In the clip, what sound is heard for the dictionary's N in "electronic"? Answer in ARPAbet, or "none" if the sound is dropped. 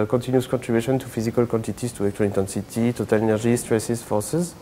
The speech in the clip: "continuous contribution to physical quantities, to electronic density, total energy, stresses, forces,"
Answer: none